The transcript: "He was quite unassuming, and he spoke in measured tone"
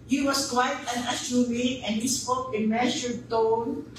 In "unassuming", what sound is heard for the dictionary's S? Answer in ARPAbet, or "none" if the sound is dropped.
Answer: SH